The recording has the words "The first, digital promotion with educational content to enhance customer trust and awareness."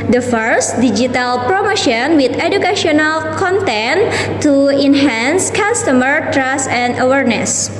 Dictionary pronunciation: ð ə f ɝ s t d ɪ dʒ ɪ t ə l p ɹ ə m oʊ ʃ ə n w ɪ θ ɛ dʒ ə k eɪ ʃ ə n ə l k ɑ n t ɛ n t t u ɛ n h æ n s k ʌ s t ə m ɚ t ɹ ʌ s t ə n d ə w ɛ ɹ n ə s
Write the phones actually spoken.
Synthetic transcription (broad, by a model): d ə f ɝ s t d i dʒ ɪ t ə l p ɹ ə m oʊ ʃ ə n w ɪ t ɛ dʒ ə k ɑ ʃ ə n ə l k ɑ n t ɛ n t t u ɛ n h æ n s k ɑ s t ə m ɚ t ɹ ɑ s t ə n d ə w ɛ ɹ n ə s